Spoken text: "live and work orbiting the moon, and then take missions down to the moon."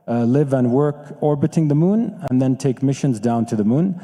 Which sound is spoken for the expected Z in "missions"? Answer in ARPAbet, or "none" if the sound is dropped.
Z